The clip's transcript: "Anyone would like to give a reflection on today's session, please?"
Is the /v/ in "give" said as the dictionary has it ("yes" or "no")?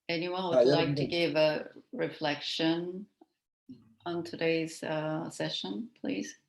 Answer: yes